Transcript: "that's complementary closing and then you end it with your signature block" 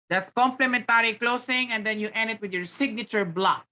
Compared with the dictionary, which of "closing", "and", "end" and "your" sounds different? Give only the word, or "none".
closing